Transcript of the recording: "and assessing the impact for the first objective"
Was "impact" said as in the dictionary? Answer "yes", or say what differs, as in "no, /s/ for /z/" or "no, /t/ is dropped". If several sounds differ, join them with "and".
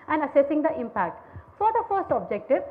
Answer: yes